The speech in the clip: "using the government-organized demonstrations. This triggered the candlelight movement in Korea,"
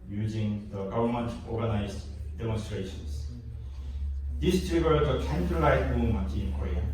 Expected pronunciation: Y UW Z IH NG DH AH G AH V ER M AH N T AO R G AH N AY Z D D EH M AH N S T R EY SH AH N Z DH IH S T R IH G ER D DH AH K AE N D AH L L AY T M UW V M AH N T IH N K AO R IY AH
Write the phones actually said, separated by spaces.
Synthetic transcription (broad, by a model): Y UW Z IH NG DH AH G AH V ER M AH N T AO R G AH N AY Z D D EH M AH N S T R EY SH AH N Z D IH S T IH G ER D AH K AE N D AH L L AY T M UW M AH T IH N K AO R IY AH